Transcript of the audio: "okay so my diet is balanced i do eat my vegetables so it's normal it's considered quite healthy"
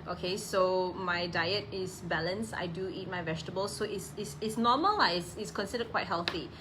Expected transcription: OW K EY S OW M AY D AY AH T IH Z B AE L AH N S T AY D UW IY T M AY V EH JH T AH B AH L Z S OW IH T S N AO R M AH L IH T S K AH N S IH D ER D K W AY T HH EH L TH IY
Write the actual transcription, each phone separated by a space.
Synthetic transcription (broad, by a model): OW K EY S OW M AY D AY AH T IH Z B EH L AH N S AY D UW IY T M AY V EH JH T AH B AH L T S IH IH T S N AO M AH L IH T S K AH N S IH D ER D K W AY T HH EH L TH IY